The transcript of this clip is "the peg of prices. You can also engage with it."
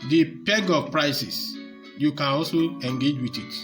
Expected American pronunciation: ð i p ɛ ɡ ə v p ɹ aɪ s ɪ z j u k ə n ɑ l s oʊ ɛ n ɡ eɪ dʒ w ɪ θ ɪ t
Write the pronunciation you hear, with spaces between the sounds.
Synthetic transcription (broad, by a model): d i p ɛ ɡ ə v p ɹ aɪ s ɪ s j u k ə n ɑ l s oʊ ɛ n ɡ eɪ dʒ w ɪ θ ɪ t